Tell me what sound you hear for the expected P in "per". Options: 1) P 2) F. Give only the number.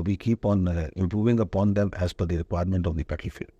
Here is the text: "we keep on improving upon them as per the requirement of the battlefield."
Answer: 2